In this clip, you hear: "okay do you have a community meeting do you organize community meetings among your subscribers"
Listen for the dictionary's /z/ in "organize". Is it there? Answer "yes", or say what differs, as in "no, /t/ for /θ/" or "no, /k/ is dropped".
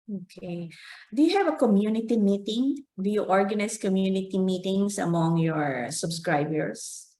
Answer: no, /s/ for /z/